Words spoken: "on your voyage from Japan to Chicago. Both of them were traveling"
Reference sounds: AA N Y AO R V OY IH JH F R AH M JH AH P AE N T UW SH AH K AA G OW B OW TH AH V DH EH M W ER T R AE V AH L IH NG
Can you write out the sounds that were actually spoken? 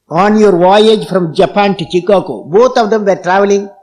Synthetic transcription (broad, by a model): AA N Y AO R V OY IH JH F R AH M JH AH P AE N T UW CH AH K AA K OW B OW T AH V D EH M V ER T R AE V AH L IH NG